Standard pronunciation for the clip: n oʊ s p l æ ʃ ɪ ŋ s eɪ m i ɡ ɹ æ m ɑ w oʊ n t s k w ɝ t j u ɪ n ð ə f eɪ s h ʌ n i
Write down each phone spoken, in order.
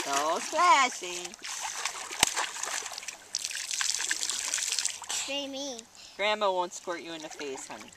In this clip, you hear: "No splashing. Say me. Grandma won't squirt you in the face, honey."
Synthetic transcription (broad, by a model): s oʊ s l æ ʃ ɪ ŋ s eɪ m i ɡ ɹ æ m ɑ w oʊ n t s k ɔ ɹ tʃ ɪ ɪ n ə f eɪ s h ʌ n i